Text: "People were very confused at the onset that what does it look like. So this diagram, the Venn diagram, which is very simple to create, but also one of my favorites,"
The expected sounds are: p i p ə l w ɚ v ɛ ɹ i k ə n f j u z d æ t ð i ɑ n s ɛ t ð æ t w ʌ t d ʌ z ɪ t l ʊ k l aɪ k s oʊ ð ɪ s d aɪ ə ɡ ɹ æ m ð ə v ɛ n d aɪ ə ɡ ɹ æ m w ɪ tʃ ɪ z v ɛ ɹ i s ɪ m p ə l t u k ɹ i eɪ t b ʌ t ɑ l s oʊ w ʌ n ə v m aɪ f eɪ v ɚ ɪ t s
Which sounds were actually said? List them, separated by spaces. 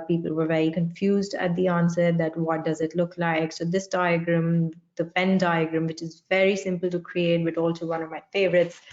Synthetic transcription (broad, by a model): p i p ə l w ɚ v ɛ ɹ i k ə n f j u z d æ t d i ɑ n s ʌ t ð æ t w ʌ t d ʌ z ɪ t l ʊ k l aɪ k s oʊ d ɪ s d aɪ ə ɡ ɹ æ m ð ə f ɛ n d aɪ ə ɡ ɹ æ m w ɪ tʃ ɪ z v ɛ ɹ i s ɪ m p ə l t u k ɹ i eɪ t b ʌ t ɑ l s oʊ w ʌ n ə v m aɪ f eɪ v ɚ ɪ t s